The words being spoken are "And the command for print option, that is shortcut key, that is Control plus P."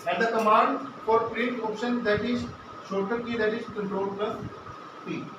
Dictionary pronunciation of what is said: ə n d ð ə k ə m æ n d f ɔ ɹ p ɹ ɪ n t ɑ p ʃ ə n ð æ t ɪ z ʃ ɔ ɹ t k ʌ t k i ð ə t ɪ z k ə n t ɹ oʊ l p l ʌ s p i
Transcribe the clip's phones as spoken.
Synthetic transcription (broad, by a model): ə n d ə k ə m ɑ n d f ɔ ɹ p ɹ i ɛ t ɑ p ʃ ə n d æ t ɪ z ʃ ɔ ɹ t ʌ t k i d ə t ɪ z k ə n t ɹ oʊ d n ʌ p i